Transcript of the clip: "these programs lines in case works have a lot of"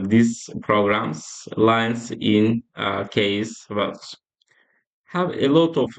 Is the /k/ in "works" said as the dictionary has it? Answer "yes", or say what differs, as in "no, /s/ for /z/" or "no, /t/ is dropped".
no, /k/ is dropped